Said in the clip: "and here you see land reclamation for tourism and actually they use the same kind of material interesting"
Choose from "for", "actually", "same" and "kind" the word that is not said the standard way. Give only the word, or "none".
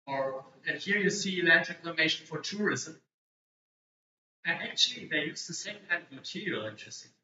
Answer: none